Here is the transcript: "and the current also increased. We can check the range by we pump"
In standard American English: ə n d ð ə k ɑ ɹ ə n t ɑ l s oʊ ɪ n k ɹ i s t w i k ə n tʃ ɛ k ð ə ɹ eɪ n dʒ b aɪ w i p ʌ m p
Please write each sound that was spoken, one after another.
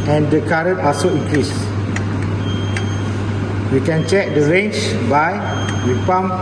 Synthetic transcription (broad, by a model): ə n d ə k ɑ ɹ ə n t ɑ s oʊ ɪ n k ɹ i s w i k ə n tʃ ɛ k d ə ɹ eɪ n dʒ b aɪ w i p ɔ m